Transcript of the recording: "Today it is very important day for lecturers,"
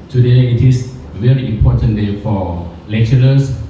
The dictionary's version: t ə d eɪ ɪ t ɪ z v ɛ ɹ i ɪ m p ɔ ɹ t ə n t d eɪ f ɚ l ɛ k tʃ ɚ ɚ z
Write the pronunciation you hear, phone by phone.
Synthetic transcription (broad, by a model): t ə d eɪ ɪ t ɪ s v ɛ ɹ i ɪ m p ɔ t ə n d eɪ f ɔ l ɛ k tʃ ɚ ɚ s